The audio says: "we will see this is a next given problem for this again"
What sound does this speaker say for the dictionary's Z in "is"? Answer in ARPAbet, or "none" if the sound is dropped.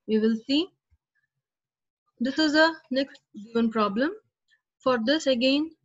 Z